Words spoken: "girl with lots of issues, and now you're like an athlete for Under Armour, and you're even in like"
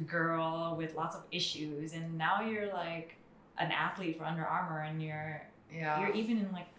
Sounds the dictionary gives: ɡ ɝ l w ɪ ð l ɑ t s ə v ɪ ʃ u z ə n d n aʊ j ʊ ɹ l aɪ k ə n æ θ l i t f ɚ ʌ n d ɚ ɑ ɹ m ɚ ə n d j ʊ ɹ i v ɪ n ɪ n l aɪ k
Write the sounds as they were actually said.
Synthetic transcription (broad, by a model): ɡ ɝ l w ɪ ð l ɑ t s ə v ɪ ʃ u z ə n n aʊ j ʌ ɹ l aɪ k ə n æ θ l i t f ɚ ʌ n d ɚ ɑ ɹ m ɚ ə n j j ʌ ɹ i v ɪ n ɪ n l aɪ k